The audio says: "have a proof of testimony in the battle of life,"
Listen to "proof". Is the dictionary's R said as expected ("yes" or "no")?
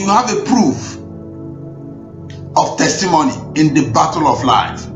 yes